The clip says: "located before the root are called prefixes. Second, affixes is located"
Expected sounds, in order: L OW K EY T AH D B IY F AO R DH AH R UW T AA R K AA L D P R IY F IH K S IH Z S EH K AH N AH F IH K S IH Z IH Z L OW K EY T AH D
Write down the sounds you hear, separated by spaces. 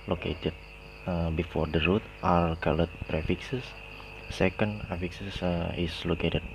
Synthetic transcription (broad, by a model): L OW K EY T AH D B IY F AO R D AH R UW T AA L K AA L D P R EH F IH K S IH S S EH K AH N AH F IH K S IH S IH S L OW K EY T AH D